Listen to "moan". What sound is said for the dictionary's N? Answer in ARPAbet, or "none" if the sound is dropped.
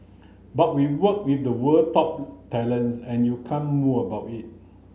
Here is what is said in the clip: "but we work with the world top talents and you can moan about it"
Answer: none